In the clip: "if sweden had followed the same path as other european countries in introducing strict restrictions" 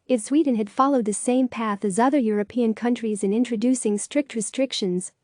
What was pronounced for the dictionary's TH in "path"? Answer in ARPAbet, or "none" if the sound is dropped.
TH